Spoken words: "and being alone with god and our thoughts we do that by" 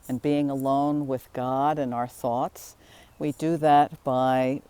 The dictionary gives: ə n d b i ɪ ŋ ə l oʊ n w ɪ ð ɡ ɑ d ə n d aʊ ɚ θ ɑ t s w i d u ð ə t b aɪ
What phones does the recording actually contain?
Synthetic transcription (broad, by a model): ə n b i ɪ ŋ ə l oʊ n w ɪ ð ɡ ɑ d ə n aʊ ɚ θ ɑ t s w i d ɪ ð ə t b aɪ